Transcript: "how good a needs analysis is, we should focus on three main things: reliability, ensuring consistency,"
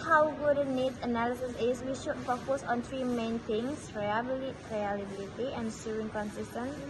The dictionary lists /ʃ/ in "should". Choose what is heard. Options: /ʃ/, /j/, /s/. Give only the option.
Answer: /ʃ/